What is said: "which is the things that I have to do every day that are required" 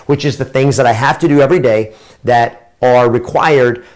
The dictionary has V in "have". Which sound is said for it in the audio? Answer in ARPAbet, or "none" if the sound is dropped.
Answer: F